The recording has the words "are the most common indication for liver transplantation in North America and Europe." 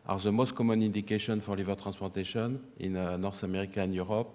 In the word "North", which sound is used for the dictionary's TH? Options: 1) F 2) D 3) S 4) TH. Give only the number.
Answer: 3